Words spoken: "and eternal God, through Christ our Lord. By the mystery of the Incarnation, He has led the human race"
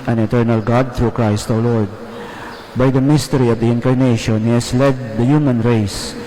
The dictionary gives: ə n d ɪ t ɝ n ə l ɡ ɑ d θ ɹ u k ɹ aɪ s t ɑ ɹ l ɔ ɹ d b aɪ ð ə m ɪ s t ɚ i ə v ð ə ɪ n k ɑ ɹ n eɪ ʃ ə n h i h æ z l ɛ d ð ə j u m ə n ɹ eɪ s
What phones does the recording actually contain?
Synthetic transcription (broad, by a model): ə n ɪ t ɝ n ə l ɡ ɑ d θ ɹ u k ɹ aɪ s t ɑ w l ɔ ɹ d b aɪ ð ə m ɪ s t ɚ i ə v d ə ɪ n k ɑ ɹ n eɪ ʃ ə n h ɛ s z l ɛ d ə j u m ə n ɹ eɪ s